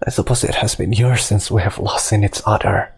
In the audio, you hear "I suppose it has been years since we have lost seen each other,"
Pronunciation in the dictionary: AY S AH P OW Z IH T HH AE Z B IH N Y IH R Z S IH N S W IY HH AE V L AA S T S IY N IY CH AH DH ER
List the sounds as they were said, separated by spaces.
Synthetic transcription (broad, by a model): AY S AH P OW Z IH T HH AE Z B IH N Y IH R S IH N S W IY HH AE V L AA S T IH N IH S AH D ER